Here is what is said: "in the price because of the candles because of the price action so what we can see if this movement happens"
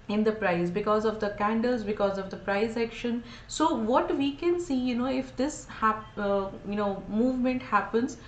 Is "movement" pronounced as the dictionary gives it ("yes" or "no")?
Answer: yes